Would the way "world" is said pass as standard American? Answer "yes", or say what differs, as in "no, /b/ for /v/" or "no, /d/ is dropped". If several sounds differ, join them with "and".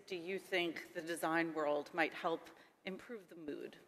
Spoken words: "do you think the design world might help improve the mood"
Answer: yes